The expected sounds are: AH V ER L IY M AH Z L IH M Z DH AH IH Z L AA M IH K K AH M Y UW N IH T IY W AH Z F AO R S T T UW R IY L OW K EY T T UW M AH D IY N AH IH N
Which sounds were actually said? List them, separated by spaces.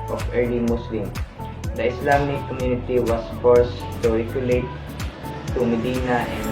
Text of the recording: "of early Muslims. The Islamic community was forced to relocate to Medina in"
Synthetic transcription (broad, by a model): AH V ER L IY M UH S L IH M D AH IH S L AA M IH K K AH M Y UW N IH T IY W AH S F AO R S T T UW R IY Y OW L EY T T UW M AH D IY N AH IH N